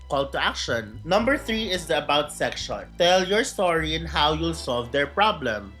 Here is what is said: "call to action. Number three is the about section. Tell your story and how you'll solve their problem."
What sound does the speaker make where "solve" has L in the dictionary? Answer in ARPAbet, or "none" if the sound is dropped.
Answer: L